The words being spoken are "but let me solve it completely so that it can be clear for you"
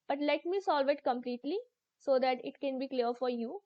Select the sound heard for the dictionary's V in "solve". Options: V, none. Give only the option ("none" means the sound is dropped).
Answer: V